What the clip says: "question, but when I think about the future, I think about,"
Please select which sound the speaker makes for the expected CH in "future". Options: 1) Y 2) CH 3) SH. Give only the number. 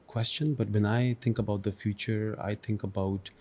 2